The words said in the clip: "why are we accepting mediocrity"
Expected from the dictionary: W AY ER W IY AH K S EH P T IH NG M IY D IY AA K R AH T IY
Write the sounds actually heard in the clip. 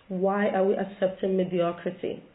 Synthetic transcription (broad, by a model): W AY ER W IY AH K S EH P T IH NG M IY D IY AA K R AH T IY